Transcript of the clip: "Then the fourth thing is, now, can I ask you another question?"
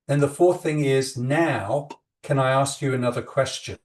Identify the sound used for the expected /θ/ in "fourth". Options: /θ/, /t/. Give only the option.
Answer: /θ/